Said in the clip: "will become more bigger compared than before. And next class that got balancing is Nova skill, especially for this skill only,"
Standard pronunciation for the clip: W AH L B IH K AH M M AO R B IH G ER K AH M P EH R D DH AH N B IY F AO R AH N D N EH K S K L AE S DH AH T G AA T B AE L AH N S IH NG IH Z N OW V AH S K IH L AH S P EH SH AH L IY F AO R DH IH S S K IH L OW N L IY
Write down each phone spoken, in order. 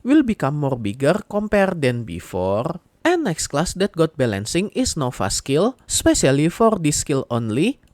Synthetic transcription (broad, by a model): W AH L B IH K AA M M AO R B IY G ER K AH M P EH R D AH N B IY F AO R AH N N EH K S K L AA S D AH T G AA T B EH L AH N S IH NG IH S N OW F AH S K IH L S P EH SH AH L IY F AO R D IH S S K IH L OW N L IY